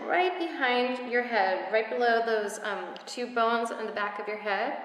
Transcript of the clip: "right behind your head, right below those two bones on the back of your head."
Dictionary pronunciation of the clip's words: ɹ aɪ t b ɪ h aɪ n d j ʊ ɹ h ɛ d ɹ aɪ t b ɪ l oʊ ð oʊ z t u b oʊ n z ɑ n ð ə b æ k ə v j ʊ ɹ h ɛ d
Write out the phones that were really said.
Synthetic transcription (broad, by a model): ɹ aɪ t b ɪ h aɪ n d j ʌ ɹ h ɛ d ɹ aɪ t b ɪ l oʊ ð oʊ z t u b oʊ n z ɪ n ð ə b æ k ə v j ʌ ɹ h ɛ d